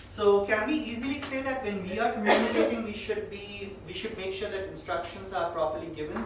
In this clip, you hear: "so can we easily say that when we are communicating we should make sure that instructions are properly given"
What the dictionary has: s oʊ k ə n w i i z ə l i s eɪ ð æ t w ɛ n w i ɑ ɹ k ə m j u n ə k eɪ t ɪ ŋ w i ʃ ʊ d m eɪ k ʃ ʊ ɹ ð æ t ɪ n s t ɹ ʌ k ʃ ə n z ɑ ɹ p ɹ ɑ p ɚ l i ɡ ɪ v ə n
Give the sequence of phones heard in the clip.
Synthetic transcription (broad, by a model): s oʊ k ə n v i i z ə l i s eɪ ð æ t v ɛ n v i ɑ ɹ k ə m j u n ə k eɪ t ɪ ŋ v i ʃ ʊ d m eɪ k ʃ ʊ ɹ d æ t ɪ n s t ɹ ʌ k ʃ ə n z ɑ ɹ p ɹ ɑ p ɚ l i ɡ ɪ v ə n